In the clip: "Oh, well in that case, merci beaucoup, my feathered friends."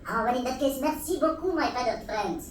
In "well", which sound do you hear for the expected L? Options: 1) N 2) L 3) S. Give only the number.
1